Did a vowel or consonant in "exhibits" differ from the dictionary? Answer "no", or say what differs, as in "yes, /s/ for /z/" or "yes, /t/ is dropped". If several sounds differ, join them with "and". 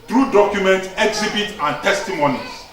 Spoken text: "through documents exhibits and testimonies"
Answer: yes, /s/ is dropped